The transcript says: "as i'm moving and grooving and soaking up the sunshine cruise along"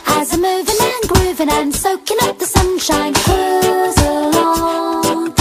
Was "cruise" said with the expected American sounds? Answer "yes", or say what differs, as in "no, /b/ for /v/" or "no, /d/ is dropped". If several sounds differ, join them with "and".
no, /ɹ/ is dropped